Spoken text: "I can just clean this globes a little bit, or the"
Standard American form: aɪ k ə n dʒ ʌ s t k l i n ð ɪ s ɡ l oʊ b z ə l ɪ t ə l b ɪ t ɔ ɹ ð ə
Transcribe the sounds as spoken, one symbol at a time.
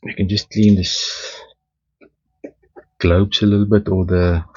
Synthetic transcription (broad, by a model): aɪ k ə n dʒ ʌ s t k l i n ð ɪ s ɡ l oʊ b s ə l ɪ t l b ɪ t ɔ l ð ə